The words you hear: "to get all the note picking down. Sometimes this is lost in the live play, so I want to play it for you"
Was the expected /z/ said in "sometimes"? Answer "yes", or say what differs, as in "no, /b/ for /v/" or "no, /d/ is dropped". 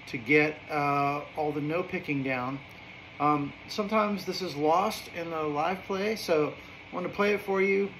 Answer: yes